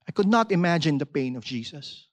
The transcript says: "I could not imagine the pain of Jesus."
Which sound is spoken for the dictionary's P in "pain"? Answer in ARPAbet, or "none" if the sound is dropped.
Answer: P